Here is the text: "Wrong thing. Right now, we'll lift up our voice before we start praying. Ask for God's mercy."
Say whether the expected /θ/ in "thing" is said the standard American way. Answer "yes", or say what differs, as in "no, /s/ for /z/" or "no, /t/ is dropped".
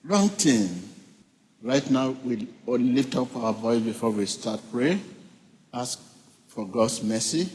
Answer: no, /t/ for /θ/